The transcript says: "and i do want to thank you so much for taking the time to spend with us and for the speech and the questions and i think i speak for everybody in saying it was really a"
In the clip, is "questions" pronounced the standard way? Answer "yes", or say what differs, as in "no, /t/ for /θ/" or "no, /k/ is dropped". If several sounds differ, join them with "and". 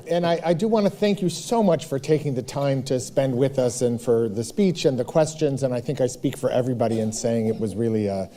yes